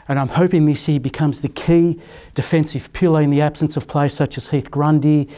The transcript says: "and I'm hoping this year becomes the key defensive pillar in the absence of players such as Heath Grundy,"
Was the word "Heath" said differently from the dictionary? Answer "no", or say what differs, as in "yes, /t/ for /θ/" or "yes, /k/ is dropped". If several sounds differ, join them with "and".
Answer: no